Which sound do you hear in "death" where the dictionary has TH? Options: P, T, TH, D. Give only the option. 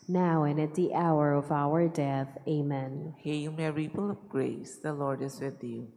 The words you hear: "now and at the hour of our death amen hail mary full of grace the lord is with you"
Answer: TH